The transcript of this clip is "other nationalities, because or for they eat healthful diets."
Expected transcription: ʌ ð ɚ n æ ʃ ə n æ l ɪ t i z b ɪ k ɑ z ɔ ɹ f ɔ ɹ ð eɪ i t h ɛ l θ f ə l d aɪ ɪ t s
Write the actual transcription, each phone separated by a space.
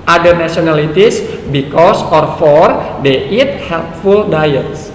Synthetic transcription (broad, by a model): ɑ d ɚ n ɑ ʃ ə n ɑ l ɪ t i s b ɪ k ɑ s ɔ ɹ f ɔ ɹ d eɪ i t h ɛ l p f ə l d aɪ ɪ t s